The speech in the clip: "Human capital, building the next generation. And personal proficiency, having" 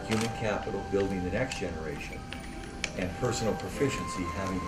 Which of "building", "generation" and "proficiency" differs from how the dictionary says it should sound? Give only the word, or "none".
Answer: none